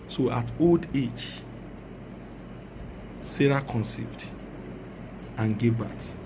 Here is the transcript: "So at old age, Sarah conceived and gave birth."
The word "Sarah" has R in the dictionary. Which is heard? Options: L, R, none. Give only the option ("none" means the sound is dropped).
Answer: R